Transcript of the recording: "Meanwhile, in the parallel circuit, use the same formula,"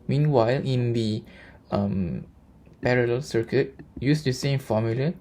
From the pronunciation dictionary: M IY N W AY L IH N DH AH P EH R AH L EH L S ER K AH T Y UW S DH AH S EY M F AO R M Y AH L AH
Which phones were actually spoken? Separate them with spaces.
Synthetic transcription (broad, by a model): M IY N W AY L IH N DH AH P EH R AH L EH L S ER K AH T Y UW S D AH S EY M F AO M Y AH L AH